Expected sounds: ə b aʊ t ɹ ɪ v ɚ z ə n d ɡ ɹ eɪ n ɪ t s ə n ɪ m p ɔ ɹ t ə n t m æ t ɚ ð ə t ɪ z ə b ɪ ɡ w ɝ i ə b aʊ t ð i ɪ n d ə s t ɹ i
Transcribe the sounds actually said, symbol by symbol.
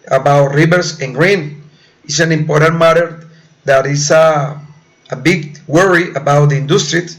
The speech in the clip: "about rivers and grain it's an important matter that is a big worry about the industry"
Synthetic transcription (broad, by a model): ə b aʊ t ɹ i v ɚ s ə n ɡ ɹ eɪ n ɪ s ə n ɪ m p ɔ ɹ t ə n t m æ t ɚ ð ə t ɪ s ə b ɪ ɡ w ɝ i ə b aʊ t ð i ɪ n d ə s t ɹ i